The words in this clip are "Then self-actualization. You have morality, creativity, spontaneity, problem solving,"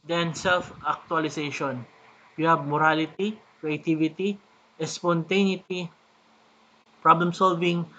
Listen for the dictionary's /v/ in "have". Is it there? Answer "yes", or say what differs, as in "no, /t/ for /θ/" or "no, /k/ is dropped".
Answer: no, /b/ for /v/